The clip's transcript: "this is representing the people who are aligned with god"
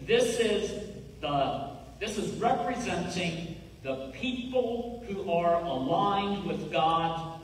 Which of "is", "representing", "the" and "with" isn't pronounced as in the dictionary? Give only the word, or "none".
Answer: none